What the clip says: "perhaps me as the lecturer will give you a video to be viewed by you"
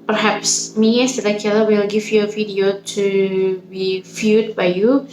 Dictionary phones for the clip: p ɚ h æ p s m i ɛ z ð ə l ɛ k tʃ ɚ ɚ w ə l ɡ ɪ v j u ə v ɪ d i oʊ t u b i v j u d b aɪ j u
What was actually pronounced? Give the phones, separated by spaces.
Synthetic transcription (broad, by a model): p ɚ h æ p s m i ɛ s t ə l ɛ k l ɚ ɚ w ə l ɡ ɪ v j u ə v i d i oʊ t u b i f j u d b aɪ j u